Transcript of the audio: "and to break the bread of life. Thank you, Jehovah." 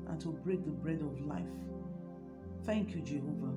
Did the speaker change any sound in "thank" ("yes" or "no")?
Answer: no